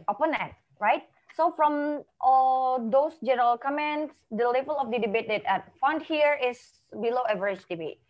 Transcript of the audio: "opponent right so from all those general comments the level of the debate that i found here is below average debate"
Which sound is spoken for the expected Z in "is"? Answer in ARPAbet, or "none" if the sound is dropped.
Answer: S